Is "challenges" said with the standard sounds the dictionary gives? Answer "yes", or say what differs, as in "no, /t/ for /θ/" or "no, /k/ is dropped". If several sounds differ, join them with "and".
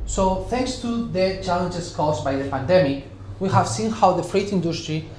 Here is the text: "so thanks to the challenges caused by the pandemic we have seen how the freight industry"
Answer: no, /s/ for /z/